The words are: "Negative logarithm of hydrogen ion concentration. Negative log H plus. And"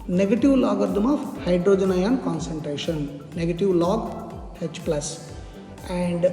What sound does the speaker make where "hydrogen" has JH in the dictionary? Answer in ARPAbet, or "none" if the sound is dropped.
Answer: JH